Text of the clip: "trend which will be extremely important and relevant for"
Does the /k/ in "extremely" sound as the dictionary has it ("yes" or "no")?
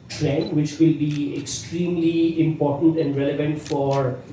yes